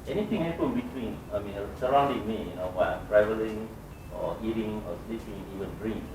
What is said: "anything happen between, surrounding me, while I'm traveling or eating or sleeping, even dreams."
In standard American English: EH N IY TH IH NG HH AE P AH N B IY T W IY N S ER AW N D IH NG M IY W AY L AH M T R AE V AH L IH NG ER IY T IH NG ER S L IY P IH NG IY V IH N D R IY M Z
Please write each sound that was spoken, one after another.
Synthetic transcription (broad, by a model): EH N IY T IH NG HH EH P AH N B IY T W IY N S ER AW N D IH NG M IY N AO W AH M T R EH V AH L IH NG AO IY T IH NG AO S L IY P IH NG IY V IH N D R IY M